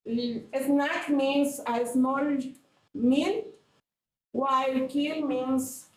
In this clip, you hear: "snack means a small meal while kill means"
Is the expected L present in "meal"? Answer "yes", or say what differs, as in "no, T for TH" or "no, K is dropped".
no, N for L